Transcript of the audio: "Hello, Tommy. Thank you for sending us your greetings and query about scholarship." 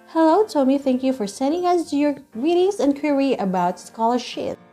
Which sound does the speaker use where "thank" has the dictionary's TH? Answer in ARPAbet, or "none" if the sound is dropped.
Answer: TH